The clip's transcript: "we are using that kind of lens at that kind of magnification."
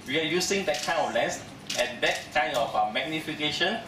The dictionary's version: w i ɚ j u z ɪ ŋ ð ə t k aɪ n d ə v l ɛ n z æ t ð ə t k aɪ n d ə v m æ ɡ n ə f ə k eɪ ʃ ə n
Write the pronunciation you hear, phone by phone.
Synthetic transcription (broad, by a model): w i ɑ j u s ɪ ŋ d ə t k aɪ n ə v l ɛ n s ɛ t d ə t k aɪ n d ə f m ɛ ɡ n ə f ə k eɪ ʃ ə n